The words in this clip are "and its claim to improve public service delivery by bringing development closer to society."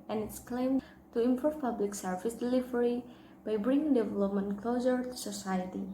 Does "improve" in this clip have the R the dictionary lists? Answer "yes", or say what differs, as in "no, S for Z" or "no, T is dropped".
no, R is dropped